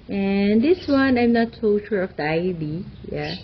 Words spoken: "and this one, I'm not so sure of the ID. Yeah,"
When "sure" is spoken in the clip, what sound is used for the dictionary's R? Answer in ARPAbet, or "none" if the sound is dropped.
R